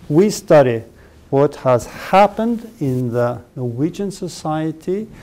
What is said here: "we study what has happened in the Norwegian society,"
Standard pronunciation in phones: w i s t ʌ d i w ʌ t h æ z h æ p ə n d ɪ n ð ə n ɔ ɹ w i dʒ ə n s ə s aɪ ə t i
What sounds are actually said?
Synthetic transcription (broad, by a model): w i s t ʌ d i w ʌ t h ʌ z h æ p ə n d ɪ n ð ə n ɔ ɹ w i dʒ ə n s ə s aɪ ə t i